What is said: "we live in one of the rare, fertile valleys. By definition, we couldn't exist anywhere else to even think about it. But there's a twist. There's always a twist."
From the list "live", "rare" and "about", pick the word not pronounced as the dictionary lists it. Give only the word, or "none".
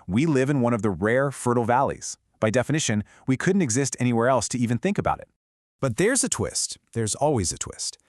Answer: none